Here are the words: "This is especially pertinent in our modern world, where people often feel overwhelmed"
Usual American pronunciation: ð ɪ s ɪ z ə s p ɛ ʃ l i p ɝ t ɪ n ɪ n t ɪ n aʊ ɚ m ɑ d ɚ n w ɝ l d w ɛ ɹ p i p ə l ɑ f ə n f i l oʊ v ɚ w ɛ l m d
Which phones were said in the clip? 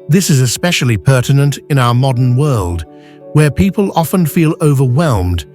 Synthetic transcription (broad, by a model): ð ɪ s ɪ z ə s p ɛ ʃ l i p ɝ t ɪ n ɪ n t ɪ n aʊ ɚ m ɑ d ɚ n w ɝ l d w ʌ ɹ p i p ə l ɑ f ə n f i l oʊ v ɚ w ɛ l m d